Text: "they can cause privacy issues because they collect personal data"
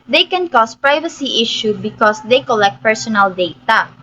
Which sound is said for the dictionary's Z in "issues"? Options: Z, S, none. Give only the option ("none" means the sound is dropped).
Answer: none